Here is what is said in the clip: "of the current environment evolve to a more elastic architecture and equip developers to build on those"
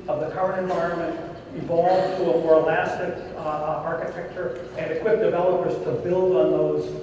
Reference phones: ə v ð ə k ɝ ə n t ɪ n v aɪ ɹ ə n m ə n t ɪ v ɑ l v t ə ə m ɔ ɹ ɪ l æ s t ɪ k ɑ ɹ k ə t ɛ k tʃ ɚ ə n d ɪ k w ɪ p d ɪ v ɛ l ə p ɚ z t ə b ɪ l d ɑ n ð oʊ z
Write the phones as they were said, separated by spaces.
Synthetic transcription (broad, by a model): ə v ð ə k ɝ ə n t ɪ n v aɪ ɹ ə n m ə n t ɪ v ɑ l v t ə ə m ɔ ɹ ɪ l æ s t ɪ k ɑ ɹ k ə t ɛ k tʃ ɚ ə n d ɪ k w ɪ p d ɪ v ɛ l ə p ɚ z t ə b ɪ l d n ð oʊ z